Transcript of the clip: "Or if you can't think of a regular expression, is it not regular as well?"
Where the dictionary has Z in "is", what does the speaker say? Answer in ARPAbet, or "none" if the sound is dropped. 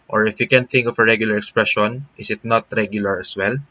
S